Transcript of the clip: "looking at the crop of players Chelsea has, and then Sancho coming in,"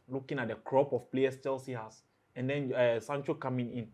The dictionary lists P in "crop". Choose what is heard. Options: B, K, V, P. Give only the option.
P